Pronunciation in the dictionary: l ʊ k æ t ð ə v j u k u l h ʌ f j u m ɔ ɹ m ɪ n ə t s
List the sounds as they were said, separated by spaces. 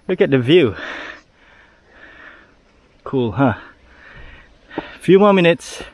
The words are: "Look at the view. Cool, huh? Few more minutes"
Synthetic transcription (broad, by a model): l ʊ k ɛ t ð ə v j u k u l h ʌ f j u m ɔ m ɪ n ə t s